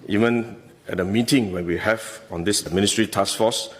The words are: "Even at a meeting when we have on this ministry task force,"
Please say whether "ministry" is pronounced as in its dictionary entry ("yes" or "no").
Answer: yes